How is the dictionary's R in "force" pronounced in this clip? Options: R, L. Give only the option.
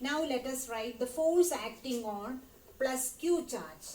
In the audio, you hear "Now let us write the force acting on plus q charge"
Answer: L